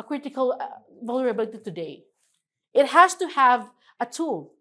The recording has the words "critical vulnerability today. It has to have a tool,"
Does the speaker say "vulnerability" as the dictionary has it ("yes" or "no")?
no